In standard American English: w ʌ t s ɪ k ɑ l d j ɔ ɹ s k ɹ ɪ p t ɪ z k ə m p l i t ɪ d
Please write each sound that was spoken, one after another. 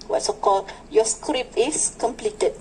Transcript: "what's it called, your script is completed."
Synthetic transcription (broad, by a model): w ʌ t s ɪ k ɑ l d j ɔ s k ɹ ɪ p ɪ s k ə m p l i t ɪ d